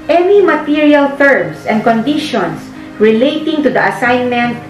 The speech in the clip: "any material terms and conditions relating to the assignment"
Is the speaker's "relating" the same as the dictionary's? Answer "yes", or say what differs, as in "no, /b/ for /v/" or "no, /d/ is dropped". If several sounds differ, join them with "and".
yes